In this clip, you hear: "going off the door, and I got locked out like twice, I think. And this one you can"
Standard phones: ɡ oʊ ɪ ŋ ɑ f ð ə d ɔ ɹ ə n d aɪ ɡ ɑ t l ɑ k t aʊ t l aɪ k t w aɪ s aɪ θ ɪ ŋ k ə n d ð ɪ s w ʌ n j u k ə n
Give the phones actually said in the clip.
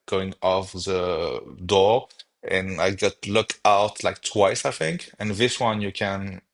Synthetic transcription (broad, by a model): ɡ oʊ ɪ ŋ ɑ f ð ə d ɔ ɹ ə n aɪ ɡ ɑ t l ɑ k aʊ t l aɪ k t w aɪ s aɪ θ ɪ ŋ k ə n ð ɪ s w ʌ n j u k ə n